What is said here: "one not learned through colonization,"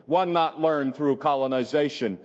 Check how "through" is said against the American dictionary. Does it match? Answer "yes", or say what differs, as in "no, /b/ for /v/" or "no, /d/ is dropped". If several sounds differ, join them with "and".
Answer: yes